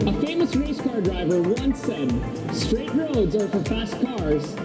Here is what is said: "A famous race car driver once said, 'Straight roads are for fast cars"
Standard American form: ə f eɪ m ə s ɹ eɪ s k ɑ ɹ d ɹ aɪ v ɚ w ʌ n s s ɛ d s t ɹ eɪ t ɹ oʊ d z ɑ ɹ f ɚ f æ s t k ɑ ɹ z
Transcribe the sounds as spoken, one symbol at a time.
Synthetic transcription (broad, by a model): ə f eɪ m ə s ɹ eɪ s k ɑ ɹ d ɹ aɪ v ɚ w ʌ n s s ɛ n s t ɹ eɪ t ɹ oʊ d z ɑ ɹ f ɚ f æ s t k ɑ ɹ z